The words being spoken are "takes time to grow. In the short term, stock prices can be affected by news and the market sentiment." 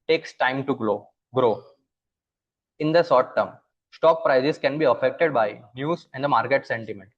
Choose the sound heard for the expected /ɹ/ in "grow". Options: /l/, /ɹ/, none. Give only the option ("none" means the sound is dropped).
/ɹ/